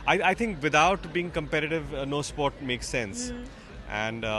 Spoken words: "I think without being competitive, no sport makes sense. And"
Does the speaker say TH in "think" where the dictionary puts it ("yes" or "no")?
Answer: no